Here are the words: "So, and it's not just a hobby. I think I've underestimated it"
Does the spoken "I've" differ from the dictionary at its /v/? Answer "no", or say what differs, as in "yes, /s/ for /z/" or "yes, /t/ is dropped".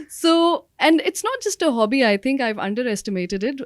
no